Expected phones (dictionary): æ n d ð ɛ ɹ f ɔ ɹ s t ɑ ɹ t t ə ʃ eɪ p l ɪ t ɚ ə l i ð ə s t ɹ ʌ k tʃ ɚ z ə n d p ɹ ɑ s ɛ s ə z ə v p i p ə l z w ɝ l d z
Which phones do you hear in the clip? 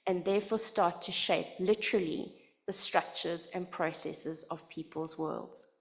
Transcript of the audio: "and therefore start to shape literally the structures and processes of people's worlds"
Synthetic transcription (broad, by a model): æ n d ð ɛ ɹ f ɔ s t ɑ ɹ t t ə ʃ eɪ p l ɪ t ɚ ə l i ð ə s t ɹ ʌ k tʃ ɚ z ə n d p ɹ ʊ s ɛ s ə z ə v p i p ə l z w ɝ l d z